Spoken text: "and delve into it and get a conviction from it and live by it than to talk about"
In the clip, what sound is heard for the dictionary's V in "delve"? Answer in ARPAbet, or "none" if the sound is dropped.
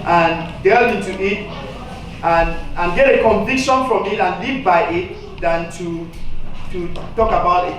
none